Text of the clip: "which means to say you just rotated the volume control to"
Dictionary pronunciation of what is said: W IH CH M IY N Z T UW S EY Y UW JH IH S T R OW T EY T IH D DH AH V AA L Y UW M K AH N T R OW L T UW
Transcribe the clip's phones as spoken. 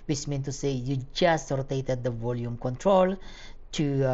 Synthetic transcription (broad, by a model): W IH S M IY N T UW S EY Y UW JH IH S T R OW T EY T IH D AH V AA L Y UW M K AH N T R OW L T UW